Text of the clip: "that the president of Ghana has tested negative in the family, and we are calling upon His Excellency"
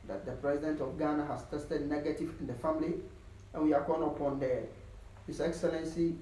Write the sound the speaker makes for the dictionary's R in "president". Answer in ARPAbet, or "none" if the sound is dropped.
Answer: R